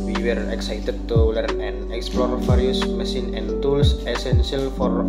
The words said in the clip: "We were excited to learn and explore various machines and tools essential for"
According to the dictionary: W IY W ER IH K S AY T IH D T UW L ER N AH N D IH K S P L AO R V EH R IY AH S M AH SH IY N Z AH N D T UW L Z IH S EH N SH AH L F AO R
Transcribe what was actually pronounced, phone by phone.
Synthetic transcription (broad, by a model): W IY W ER IH K S AY T IH D T UW L ER N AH N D IH K S P L AO R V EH R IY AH S M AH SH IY N AH N T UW L S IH S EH N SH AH L F AO R